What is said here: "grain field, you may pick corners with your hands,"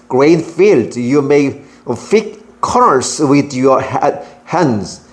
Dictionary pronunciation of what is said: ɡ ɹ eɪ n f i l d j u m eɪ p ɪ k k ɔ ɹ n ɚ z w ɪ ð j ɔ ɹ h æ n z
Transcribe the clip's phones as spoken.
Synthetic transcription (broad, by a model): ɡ ɹ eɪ n f i l d j u m eɪ f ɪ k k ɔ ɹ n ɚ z w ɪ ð j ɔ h h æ n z